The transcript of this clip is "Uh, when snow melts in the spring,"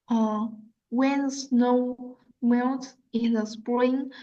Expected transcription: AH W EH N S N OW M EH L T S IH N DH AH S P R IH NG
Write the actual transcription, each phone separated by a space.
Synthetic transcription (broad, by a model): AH W EH N S N OW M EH N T IH N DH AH S P R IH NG